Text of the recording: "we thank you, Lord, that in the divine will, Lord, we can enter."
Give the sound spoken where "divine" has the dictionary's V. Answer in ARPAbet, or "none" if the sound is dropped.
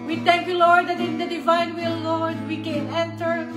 V